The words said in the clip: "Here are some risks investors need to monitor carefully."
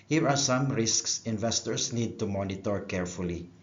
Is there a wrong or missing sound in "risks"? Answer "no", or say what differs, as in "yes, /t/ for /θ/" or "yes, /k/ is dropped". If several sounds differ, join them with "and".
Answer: no